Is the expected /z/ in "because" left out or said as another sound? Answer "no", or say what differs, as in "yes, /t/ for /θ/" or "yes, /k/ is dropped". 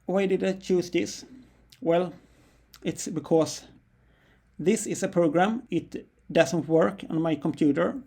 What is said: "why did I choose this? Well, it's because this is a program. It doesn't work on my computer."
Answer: yes, /s/ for /z/